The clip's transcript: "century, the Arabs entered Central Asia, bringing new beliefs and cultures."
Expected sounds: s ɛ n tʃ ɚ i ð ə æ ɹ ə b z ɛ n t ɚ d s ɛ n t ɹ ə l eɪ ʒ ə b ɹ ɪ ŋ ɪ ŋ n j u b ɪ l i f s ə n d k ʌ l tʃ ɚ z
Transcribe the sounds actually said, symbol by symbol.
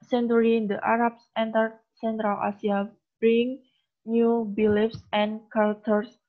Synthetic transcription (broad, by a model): s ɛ n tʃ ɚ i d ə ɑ ɹ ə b s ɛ n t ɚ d s ɛ n t ɹ ə l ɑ s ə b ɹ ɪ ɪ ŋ n j u b ɪ l i f s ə n k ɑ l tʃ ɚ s